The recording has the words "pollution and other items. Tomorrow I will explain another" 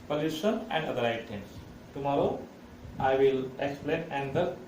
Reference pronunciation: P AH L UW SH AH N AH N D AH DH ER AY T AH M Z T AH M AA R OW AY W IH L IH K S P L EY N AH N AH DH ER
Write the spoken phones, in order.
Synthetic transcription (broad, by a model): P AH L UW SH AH N AH N D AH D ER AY T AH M S T AH M AA R OW AY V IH L IH K S P L EY N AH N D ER